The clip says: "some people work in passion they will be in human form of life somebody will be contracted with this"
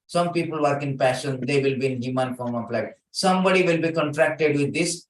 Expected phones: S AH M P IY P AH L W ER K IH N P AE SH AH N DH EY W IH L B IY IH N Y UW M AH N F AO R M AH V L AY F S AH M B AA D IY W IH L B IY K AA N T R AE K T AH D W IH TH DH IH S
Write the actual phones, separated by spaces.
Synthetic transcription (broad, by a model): S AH M P IY P AH L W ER K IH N P AE SH AH N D EY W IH L B IY IH N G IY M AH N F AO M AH P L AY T S AH M B AA D IY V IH L B IY K AA N T R AE K T AH D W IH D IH S